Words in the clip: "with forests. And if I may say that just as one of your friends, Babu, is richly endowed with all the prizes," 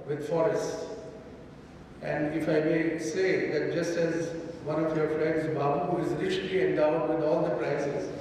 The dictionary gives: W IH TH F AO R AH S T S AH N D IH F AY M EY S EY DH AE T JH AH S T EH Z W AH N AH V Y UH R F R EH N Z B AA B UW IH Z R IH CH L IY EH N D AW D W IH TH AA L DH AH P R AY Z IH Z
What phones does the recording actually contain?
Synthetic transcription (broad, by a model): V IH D F AO R AH S T S AH N D IH F AY M EY S EY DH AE T JH AH S T EH Z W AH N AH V Y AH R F L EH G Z B AA B UW IH Z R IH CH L IY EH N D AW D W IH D AA L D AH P R AY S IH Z